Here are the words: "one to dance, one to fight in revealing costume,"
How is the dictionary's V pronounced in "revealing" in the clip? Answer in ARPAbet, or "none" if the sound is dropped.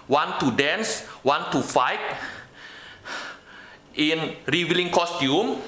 W